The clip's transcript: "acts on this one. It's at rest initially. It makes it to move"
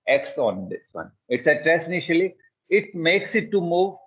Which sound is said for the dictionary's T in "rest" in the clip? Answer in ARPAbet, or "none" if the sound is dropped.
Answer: none